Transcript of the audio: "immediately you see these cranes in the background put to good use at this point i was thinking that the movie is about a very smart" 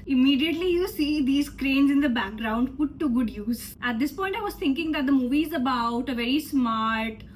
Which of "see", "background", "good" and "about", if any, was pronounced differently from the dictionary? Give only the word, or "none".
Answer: none